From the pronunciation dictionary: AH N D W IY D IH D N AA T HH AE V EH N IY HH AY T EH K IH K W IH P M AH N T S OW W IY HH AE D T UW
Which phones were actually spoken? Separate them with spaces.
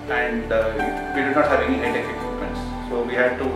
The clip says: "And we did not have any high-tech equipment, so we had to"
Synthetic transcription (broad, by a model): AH N D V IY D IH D N AA T HH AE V EH N IY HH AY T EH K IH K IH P AH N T S OW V IY HH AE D T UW